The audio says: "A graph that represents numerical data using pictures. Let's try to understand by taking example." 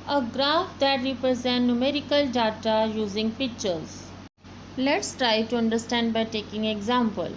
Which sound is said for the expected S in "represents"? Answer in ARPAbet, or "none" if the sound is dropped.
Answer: none